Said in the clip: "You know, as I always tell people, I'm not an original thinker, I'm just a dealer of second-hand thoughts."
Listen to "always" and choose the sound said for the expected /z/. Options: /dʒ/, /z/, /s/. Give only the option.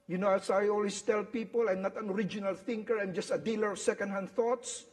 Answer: /s/